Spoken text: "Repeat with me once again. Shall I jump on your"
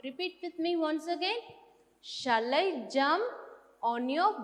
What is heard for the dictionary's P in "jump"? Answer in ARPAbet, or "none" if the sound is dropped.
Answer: none